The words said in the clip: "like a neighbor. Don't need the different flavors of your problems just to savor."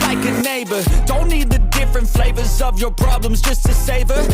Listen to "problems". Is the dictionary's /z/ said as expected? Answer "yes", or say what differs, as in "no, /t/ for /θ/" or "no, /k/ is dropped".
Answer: yes